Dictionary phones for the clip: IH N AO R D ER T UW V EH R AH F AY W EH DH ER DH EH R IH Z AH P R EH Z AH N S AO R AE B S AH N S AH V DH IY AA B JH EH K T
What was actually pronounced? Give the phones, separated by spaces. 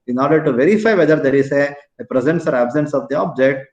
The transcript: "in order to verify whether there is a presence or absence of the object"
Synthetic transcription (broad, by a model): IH N AO R D ER T UW V EH R AH F AY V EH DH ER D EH R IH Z AH P R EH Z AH N S AO R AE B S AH N S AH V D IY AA B JH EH K T